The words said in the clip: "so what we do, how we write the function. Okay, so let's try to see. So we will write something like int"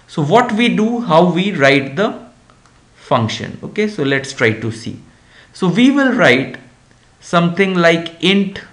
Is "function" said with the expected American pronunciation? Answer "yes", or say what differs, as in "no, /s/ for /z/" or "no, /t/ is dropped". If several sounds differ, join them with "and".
yes